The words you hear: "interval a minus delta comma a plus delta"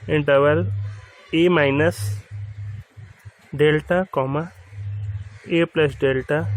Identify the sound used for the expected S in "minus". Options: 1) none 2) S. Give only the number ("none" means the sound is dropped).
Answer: 2